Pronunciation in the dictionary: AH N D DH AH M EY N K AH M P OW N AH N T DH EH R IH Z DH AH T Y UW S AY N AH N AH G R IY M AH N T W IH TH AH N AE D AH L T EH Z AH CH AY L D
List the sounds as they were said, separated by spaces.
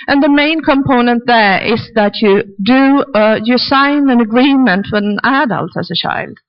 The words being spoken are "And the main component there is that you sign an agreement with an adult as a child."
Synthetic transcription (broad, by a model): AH N DH AH M EY N K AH M P OW N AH N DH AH R IH Z DH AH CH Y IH S AY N AH N AH G R IY M AH N T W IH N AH N AE D AH L T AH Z AH CH AY L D